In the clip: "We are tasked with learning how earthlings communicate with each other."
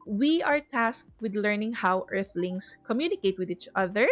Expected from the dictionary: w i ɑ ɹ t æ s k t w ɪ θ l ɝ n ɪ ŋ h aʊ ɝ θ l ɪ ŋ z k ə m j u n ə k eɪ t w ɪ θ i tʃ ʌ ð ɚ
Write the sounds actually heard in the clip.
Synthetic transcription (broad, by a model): w i ɑ ɹ t æ s k t w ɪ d l ɝ n ɪ ŋ h aʊ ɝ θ l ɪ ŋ s k ə m j u n ə k eɪ t w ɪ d i tʃ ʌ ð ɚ